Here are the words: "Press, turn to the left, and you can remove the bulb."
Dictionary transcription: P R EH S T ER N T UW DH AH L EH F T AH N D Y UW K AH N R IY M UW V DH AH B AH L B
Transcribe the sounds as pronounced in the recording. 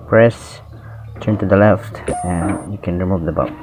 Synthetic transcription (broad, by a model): P R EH S T ER N T UW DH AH L EH F T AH N Y UW K AH N R IY M UW V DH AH B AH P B